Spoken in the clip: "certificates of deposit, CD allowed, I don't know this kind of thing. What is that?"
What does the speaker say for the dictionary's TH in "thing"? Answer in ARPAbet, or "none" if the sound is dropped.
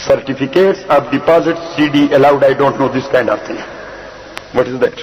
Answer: T